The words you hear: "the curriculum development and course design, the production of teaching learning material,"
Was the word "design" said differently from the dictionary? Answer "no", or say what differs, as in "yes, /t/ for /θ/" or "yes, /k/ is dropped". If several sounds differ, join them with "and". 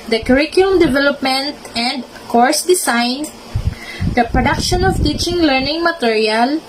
yes, /s/ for /z/